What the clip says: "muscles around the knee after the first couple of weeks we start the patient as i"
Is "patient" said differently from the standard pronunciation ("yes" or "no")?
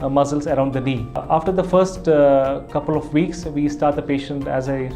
no